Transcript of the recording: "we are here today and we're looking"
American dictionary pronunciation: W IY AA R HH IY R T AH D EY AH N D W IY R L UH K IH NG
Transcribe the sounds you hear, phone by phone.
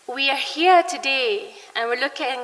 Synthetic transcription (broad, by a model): W IY AA R HH IY R T AH D EY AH N W IY R L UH K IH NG